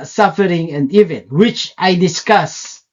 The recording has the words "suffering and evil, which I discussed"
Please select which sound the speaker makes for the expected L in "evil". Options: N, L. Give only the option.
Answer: N